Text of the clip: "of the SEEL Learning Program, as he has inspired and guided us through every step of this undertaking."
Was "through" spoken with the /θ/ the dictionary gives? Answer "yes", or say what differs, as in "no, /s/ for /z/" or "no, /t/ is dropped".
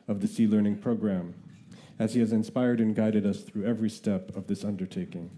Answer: yes